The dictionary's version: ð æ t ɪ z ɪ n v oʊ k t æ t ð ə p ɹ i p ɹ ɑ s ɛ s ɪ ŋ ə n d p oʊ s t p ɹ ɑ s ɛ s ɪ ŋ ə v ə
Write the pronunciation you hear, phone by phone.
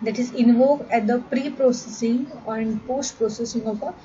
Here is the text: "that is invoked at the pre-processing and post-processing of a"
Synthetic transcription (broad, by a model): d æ t ɪ z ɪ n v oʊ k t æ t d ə p ɹ i p ɹ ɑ s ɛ s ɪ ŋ ə n d p oʊ s t p ɹ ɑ s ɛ s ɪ ŋ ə p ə